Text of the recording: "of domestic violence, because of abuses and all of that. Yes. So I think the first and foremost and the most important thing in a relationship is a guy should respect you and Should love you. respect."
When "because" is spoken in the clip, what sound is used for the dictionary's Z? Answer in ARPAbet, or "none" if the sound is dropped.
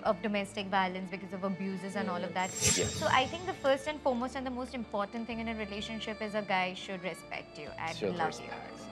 Z